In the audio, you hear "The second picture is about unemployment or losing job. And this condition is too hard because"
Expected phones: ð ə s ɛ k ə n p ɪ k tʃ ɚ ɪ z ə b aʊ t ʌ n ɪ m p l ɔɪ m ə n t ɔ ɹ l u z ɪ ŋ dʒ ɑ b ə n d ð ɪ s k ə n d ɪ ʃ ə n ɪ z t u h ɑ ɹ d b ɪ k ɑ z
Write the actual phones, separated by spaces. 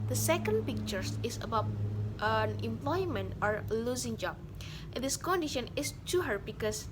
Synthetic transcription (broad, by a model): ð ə s ɛ k ə n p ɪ k tʃ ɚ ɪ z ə b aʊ t ʌ n ɪ m p l ɔɪ m ə n t ɔ ɹ l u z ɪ ŋ dʒ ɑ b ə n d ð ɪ s k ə n d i ʃ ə n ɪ s t u h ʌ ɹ b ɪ k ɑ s